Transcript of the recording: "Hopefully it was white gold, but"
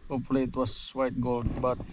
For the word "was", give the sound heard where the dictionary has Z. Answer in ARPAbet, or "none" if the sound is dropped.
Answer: S